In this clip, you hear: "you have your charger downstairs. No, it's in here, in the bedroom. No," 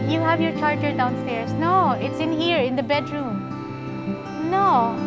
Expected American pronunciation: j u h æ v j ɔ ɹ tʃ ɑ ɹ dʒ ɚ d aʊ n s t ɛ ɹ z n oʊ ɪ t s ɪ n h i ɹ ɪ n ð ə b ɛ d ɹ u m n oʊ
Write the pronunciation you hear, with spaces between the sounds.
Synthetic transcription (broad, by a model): j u h æ v j ɔ ɹ tʃ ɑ ɹ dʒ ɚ d aʊ n s t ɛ ɹ s n oʊ ɪ t s ɪ n h i ɹ ɪ n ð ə b ɛ d ɹ u m n oʊ